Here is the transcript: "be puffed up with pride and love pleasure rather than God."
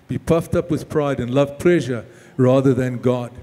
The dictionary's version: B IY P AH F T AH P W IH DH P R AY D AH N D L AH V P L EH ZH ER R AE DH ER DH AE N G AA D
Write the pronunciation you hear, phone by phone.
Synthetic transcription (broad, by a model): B IY P AH F T AH P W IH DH P R AY D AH N L AH V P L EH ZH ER R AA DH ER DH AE N G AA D